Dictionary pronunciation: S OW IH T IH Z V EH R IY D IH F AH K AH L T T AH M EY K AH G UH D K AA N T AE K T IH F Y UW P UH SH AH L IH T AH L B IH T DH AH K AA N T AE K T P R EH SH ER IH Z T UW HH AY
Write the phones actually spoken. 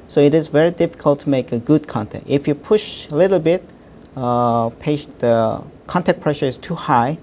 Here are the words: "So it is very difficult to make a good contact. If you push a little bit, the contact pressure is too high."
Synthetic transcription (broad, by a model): S OW IH T IH Z V EH R IY D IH F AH K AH L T T AH M EY K AH G UH D K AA N T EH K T IH F Y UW P UH SH AH L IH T L B IH T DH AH K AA N T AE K P R EH SH ER IH Z T UW HH AY